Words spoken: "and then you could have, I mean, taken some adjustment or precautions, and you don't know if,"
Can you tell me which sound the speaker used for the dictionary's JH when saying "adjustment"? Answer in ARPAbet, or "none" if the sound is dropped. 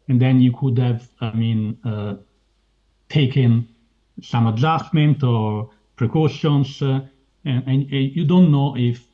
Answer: Z